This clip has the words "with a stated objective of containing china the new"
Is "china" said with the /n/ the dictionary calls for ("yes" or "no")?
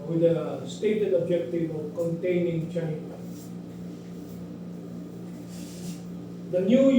no